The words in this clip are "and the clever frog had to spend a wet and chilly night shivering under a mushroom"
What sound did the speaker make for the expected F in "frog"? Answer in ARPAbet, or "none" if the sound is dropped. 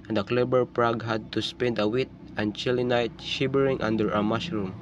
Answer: P